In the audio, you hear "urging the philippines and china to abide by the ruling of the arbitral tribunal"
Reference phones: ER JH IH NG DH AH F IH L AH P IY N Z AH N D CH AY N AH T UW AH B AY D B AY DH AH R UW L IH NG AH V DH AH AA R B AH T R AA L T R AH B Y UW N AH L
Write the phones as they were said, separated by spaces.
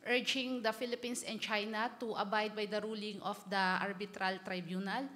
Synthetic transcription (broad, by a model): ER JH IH NG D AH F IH L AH P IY N S AH N D CH AY N AH T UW AH B AY D B AY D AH R UW L IH NG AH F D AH AA R B AH T R AA L T R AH B Y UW N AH L